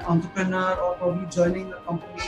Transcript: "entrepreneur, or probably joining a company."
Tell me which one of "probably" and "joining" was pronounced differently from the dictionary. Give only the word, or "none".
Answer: probably